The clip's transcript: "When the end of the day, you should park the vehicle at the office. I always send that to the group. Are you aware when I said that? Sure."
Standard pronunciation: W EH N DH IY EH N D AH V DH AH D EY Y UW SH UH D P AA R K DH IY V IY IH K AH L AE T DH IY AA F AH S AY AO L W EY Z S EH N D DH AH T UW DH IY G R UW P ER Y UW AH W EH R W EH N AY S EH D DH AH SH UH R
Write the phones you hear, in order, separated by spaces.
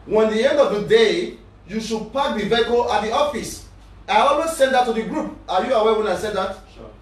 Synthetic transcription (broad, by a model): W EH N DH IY EH N D AH V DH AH D EY Y UW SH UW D P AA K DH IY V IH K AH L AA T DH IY AA F AH S AY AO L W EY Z S EH N D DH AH T UW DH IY G R UW P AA Y UW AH W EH W EH N AY S EH D DH AH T